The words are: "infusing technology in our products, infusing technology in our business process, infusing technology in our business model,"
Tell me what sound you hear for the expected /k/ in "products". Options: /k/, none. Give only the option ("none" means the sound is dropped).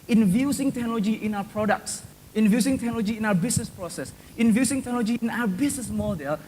/k/